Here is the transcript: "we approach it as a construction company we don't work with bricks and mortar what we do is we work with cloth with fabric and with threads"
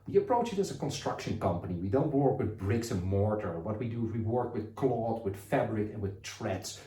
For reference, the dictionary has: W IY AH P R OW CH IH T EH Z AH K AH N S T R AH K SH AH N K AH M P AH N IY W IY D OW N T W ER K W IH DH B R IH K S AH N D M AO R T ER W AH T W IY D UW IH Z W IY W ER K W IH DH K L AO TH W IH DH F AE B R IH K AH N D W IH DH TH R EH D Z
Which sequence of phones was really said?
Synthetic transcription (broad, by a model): W IY AH P R OW CH IH T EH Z AH K AH N S T R AH K SH AH N K AH M P AH N IY W IY D OW N T W ER K W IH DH B R IH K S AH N M AO R T ER W AH T W IY D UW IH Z W IY W ER K W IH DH K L AO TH W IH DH F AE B R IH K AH N W IH DH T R EH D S